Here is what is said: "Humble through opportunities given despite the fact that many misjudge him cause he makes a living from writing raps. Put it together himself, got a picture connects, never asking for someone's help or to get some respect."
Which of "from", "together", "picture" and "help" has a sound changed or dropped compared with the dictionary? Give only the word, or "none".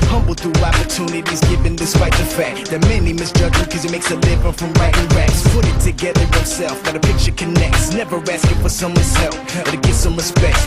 help